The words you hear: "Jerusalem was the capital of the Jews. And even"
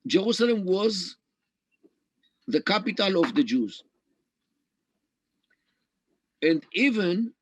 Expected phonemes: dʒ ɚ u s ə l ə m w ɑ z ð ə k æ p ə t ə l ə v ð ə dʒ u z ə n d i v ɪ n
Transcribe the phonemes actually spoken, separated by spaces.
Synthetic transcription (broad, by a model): dʒ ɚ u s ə l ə m w ɑ z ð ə k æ p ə t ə l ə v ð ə dʒ u z ə n d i v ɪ n